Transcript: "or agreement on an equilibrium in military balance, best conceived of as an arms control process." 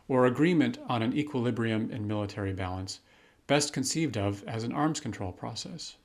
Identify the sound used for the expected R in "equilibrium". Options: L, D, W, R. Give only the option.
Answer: R